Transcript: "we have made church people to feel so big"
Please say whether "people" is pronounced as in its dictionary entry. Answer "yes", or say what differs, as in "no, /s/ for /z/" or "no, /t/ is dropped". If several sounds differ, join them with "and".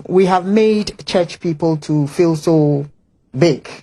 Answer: yes